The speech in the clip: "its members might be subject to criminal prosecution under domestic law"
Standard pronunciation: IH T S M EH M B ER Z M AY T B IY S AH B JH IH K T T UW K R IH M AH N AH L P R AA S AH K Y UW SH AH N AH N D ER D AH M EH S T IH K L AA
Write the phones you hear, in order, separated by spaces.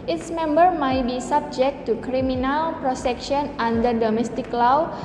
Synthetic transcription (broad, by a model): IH T S M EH M B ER M AY T B IY S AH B JH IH K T T UW K R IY M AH N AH L P R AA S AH K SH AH N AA N D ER D AH M EH S T IH K L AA